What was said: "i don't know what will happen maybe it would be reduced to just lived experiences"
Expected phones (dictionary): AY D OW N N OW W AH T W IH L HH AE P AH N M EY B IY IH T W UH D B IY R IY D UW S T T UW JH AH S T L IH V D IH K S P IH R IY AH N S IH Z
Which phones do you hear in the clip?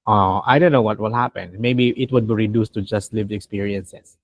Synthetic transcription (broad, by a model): AY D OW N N OW W AH T W IH L HH AE P AH N M EY B IY IH T W UH D B IY R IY D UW S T T UW JH AH S T L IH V IH K S P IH R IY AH N S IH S